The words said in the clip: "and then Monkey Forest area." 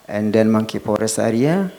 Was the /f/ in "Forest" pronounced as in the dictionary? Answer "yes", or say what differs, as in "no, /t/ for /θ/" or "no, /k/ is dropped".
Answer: no, /p/ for /f/